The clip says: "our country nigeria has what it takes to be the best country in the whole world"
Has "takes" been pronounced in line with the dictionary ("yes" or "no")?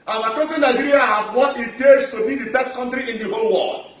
no